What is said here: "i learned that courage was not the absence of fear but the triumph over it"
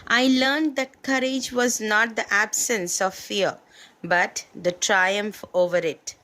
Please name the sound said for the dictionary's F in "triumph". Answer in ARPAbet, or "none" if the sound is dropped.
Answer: F